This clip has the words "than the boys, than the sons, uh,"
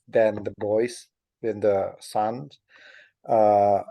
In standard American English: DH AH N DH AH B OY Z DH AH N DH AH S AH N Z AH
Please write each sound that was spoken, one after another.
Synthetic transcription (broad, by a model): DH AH N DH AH B OY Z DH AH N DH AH S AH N AH